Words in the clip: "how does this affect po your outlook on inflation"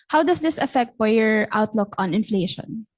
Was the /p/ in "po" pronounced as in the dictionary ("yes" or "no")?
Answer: no